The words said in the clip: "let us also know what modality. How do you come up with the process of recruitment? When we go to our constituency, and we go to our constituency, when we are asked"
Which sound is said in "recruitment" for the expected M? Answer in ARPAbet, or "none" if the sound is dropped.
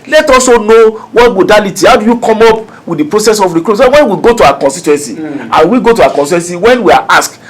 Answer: none